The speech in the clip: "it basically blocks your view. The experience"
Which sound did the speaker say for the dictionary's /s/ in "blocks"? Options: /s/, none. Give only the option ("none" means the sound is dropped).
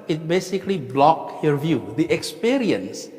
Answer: none